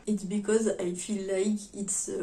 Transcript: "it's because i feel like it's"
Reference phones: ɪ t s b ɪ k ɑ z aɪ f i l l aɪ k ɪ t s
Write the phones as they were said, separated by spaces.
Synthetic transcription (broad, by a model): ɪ t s b ɪ k ɑ z aɪ f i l l aɪ k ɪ t s